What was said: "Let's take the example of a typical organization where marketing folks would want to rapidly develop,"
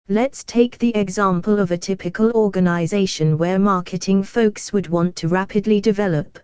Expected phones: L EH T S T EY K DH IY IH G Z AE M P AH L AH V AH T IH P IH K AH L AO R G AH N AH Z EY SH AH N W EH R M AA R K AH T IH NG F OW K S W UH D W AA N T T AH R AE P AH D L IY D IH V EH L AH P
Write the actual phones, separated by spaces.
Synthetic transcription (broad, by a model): L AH T S T EY K DH IY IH G Z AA M P AH L AH V AH T IH P IH K AH L AO G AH N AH Z EY SH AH N W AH M AA K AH T IH NG F OW K S W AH D W AA N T T AH R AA P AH D L IY D IH V EH L AH P